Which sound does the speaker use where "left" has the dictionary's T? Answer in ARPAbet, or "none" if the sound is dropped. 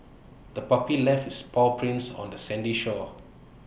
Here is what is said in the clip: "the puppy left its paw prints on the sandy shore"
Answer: none